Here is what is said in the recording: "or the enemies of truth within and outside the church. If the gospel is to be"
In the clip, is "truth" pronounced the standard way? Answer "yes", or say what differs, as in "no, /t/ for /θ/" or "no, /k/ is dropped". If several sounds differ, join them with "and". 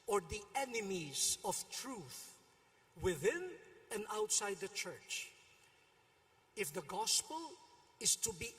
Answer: yes